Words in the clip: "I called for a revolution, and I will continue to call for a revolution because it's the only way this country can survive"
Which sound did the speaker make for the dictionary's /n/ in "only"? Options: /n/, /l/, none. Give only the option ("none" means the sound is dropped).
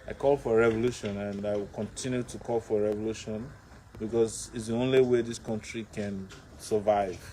/n/